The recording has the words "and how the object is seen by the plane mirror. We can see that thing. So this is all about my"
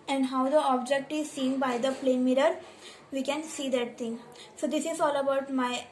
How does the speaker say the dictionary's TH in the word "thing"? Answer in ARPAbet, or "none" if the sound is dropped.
T